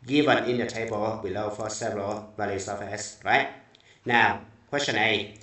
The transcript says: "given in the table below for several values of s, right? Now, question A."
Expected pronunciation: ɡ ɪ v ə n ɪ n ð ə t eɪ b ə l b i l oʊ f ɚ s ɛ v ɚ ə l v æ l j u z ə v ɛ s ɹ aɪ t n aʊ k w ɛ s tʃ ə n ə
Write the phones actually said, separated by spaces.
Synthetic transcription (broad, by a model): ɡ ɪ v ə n ɪ n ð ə t eɪ b ə l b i l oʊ f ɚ s ɛ v ɚ ə l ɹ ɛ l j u s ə f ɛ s ɹ aɪ t n aʊ k w ɛ s tʃ ə n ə